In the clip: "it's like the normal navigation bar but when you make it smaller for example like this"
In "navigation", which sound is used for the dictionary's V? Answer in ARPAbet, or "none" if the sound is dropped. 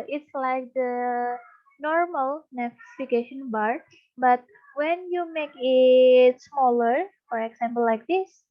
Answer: F